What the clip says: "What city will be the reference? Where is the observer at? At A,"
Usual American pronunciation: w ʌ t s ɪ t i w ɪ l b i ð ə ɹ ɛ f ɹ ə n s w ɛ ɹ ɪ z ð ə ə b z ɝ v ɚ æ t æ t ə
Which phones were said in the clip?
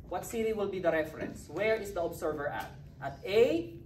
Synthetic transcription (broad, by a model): w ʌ t s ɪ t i w ɪ l b i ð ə ɹ ɛ f ɹ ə n s w ɛ ɹ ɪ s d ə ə b s ɝ v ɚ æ t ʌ t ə